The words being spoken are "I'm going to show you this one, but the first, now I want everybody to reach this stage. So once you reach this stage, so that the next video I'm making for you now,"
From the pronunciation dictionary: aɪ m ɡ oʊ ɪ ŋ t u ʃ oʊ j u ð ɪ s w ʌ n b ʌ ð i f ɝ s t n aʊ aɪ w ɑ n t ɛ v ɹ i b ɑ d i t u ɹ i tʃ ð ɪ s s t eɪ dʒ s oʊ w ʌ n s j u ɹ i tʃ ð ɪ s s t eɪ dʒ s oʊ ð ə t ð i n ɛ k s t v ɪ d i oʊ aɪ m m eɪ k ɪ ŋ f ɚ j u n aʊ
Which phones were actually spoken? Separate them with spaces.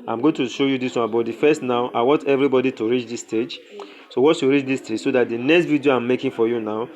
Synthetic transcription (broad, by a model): aɪ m ɡ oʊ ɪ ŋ t u ʃ oʊ j u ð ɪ s w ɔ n b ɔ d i f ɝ s t n aʊ aɪ w ɑ n t ɛ v ɹ i b ɑ d i t u ɹ i tʃ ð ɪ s s t eɪ dʒ s oʊ w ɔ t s j u ɹ i tʃ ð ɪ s s t eɪ dʒ s oʊ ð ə t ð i n ɛ k s t v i d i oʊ aɪ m m eɪ k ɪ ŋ f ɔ j u n aʊ